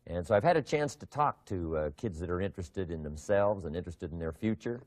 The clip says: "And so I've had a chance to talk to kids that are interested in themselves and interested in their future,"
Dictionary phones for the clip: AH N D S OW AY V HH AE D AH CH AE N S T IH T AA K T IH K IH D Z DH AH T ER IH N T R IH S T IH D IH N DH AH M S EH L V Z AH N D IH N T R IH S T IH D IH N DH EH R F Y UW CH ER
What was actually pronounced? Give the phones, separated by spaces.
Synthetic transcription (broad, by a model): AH N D S OW AY V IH D AH CH AE N S T IH T AA K T IH K IH D Z DH AH T ER IH N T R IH S T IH D IH N DH AH M S EH L V Z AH N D IH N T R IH S T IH D N DH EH R F Y UW CH ER